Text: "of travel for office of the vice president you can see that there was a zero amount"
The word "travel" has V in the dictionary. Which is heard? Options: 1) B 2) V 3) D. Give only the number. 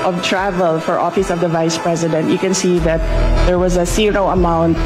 2